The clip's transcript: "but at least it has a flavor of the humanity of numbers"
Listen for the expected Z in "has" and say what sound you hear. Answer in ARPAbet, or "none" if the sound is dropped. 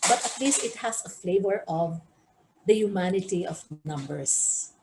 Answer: S